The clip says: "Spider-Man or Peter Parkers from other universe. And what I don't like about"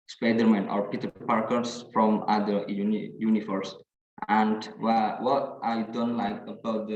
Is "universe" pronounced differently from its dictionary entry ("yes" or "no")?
yes